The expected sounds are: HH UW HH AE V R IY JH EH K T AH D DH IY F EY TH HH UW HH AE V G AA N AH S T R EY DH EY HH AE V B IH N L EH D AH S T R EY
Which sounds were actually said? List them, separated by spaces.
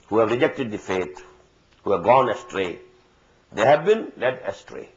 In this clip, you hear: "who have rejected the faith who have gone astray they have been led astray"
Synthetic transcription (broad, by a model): HH UW HH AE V R IY JH EH K T AH D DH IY F EY T HH UW HH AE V G AA N AH S T R EY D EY HH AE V B IH N L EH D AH S T R EY